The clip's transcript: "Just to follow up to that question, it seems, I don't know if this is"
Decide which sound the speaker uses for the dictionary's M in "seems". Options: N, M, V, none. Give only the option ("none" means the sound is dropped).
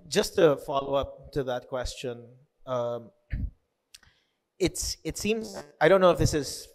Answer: M